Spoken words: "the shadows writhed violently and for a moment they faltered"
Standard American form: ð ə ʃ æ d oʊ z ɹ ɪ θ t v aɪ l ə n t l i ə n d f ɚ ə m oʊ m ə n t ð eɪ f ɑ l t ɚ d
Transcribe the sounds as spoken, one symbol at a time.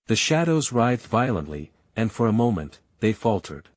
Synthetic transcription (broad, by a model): ð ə ʃ æ d oʊ z ɹ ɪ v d v aɪ l ə n t l i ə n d f ɚ ə m oʊ m ə n t ð eɪ f ɑ l t ɚ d